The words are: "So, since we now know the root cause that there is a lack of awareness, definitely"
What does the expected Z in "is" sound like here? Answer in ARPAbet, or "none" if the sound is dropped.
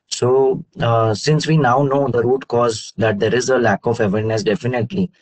Z